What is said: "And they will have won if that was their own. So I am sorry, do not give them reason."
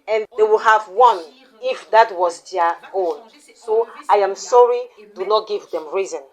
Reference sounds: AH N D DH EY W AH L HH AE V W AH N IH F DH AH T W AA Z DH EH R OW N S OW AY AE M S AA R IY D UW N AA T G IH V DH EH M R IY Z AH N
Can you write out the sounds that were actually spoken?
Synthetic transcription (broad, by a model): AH N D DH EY W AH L HH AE V W AH N IH F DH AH T W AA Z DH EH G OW L S OW AY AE M S AA R IY D UW N AA T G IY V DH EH M R IY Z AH N